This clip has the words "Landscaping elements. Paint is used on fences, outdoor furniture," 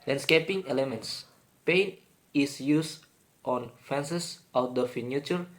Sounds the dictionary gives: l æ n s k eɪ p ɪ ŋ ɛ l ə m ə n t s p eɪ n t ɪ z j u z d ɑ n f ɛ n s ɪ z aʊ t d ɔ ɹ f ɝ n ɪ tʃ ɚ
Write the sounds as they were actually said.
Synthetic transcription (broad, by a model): l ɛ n s k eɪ p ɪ ŋ ɛ l ə m ə n t s p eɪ n ɪ s j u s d ɑ n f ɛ n s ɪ s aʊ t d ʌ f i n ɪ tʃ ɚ